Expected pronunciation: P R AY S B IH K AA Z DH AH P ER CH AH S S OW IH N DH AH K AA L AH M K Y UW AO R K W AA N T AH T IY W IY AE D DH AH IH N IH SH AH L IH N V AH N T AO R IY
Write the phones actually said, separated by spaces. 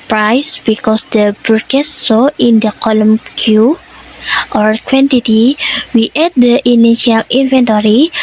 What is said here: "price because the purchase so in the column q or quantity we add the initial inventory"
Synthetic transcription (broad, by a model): P R AY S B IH K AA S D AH B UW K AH S S OW IH N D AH K AA L AH M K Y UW AO R K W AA N T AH T IY W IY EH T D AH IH N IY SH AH L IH N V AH N T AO R IY